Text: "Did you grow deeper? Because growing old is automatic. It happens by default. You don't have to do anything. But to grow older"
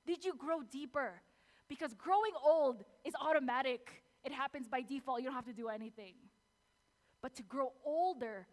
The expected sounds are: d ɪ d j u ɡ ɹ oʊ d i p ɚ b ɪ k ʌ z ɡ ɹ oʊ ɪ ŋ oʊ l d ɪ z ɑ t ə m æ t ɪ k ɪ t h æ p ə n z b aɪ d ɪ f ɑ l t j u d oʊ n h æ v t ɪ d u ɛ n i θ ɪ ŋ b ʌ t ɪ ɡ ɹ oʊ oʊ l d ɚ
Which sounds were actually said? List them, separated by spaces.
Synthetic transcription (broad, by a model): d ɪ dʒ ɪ ɡ ɹ oʊ d i p ɚ b ɪ k ʌ z ɡ ɹ oʊ ɪ ŋ oʊ l d ɪ z ɑ t ə m æ t ɪ k ɪ t h æ p ə n z b aɪ d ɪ f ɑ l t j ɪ d oʊ n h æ f t ɪ d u ɛ n i θ ɪ ŋ b ʌ t ɪ ɡ ɹ oʊ oʊ l d ɚ